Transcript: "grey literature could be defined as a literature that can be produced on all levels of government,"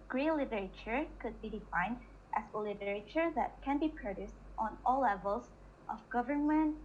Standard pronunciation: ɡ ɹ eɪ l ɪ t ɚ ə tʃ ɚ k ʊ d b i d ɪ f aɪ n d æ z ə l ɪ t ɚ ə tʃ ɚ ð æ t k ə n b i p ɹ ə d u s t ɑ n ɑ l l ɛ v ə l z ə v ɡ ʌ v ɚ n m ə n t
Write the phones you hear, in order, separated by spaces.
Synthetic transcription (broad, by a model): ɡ ɹ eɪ l ɪ t ɚ ə tʃ ɚ k ʊ d b i d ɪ f aɪ n d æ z ə l ɪ t ɚ ə tʃ ɚ ð æ t k ə n b i p ɹ ə d u s t ɑ n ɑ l l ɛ v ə l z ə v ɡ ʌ v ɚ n m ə n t